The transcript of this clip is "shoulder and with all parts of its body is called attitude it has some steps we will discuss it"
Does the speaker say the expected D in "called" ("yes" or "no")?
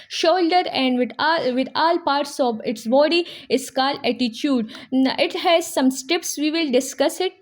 no